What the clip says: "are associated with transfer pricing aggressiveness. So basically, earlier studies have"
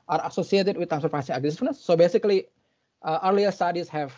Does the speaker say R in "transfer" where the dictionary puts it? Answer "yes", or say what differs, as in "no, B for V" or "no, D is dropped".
no, R is dropped